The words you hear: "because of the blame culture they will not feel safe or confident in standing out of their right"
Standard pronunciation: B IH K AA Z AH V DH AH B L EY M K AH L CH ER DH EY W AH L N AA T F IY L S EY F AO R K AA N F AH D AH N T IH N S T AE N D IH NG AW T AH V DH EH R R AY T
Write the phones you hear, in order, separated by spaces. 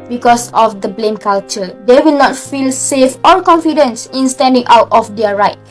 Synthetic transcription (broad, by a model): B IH K AA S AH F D AH B L EY M K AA L CH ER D EY W AH L N AA T F IY L S EY F AO L K AA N F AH D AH N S IH N S T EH N D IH NG AW T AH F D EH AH R AY T